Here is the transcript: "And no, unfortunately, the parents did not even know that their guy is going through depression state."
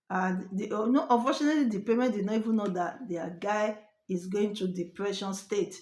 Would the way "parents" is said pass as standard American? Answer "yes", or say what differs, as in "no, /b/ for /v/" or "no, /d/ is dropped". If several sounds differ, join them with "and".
no, /s/ is dropped